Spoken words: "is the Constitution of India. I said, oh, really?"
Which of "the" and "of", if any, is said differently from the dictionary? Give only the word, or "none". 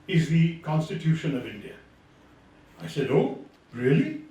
none